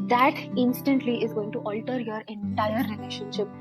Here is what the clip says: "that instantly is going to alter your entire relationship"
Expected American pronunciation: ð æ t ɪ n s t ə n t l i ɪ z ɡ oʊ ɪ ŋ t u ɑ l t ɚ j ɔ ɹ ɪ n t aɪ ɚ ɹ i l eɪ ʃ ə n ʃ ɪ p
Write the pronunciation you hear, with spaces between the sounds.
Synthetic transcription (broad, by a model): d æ t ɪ n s t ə n t l i ɪ z ɡ oʊ ɪ ŋ t u ɑ l t ɚ j ɔ ɹ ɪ n t aɪ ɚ ɹ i l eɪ ʃ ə n ʃ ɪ p